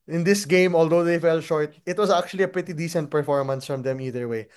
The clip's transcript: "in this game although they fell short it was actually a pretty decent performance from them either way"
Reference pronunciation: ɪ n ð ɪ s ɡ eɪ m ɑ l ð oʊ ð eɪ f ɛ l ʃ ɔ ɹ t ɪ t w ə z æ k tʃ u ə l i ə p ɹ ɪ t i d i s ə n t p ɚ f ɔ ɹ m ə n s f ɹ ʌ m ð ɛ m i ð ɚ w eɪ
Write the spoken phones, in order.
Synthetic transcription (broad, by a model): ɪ n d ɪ s ɡ eɪ m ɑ l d oʊ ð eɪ f ɛ l ʃ ɔ ɹ t ɪ t w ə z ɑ k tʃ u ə l i ə p ɹ ɪ t i d i s ə n t p ɚ f ɔ ɹ m ə n s f ɹ ʌ m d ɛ m i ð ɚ w eɪ